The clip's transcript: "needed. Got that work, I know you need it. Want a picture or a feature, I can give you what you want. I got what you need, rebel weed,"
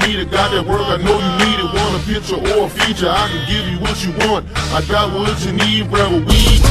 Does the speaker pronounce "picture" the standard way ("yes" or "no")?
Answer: yes